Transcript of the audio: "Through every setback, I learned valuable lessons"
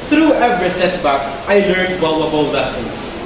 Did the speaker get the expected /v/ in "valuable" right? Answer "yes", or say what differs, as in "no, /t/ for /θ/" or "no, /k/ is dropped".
no, /w/ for /v/